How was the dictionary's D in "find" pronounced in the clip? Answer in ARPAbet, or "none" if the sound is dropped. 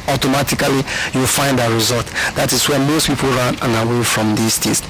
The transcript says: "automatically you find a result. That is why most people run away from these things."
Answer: D